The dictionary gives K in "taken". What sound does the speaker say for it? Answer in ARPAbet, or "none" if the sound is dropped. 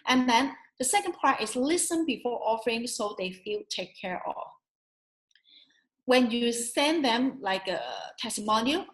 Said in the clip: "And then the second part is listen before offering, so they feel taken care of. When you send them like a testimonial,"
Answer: none